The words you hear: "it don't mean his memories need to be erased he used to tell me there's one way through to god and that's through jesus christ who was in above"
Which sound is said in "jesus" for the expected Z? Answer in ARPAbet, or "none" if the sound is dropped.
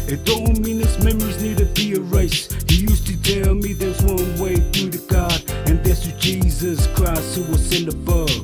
Z